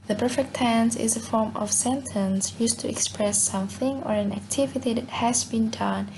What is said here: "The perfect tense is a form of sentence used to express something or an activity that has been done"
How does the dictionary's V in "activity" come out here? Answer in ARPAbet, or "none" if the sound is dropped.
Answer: V